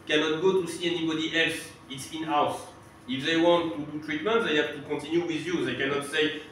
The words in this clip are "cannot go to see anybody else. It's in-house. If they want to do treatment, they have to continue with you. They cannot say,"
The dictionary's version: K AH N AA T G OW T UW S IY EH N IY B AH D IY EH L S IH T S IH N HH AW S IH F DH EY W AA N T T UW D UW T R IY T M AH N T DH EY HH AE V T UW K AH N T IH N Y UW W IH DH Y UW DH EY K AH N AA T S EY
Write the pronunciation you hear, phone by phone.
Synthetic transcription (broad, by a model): K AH N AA T G OW T UW S IY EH N IY B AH D IY EH L S IH T S IH N HH AW S IH F DH EY W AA N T T UW D UW T R IY T M AH N T DH EY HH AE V T UW K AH T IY N Y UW W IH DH Y UW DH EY K AH N AA T S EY